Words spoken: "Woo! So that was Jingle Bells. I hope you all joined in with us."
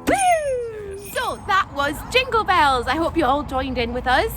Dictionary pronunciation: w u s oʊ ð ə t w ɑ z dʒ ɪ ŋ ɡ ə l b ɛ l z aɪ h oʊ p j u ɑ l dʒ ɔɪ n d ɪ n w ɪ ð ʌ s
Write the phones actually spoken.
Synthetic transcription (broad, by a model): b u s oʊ ð ə t w ɑ z dʒ ɪ ŋ ɡ ə l b ɛ l z aɪ h oʊ p j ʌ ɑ l dʒ ɔɪ n d ɪ n w ɪ ð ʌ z